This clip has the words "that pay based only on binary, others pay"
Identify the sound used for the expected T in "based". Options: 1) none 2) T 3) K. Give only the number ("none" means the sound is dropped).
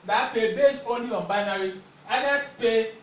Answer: 1